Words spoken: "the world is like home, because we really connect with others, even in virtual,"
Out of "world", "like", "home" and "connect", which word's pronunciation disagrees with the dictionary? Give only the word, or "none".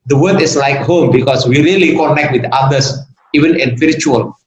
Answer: world